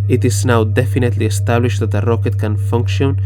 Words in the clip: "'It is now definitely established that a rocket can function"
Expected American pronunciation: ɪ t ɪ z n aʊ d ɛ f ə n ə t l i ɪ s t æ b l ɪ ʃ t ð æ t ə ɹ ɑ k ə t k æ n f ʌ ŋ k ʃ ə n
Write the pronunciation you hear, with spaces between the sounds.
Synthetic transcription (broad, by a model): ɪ t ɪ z n aʊ d ɛ f ə n ə t l i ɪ s t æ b l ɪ ʃ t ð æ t ə ɹ ɑ k ə t k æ n f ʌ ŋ k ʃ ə n